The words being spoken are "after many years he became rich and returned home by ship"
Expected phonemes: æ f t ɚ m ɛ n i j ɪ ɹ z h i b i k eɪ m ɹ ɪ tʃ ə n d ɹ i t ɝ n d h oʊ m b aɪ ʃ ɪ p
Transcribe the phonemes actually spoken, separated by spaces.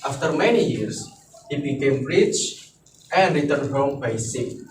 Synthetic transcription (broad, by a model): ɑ f t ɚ m ɛ n i j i ɹ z h i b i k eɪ m ɹ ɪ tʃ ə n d ɹ i t ɝ n d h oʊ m b aɪ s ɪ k